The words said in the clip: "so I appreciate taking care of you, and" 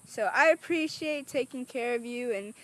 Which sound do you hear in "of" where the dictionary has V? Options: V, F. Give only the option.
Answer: V